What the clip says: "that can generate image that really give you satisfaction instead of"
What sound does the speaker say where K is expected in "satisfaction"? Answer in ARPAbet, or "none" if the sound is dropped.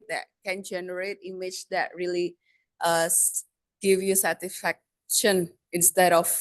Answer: K